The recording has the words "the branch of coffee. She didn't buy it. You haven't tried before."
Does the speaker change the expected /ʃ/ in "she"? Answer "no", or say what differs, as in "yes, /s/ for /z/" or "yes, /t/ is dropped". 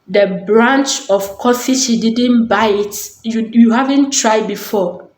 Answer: yes, /s/ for /ʃ/